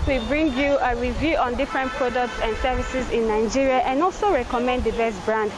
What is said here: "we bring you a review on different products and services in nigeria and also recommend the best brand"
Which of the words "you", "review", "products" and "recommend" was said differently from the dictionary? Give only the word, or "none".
none